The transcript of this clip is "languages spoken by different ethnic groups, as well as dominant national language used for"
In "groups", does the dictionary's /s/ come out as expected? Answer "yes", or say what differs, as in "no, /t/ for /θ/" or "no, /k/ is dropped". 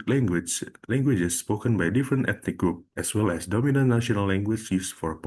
no, /s/ is dropped